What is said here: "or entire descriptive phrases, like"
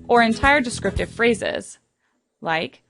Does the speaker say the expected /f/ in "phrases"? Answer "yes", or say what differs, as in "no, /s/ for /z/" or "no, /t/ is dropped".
yes